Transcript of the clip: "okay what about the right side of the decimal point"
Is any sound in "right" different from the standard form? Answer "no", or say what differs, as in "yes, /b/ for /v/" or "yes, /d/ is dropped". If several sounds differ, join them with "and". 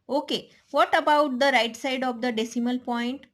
no